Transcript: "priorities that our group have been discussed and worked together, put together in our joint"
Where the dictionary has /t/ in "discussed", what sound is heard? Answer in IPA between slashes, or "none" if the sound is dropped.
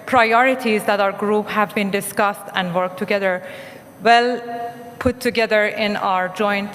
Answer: /t/